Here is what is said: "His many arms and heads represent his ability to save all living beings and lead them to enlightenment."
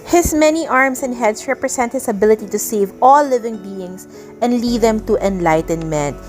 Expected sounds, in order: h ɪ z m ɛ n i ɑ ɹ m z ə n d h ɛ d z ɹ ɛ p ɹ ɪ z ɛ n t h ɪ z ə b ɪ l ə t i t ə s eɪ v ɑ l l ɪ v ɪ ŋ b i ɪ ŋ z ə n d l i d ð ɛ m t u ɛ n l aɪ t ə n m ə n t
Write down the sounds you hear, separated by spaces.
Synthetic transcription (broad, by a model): h ɪ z m ɛ n i ɑ ɹ m s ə n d h ɛ d s ɹ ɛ p ɹ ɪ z ɛ n t h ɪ s ə b ɪ l ə t i t ə s eɪ v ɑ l l ɪ v ɪ ŋ b i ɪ ŋ s ə n d l i d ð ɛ m t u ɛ n l aɪ t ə n m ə n